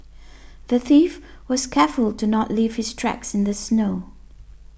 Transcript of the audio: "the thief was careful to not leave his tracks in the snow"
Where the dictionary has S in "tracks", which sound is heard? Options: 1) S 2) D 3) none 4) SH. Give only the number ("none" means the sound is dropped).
1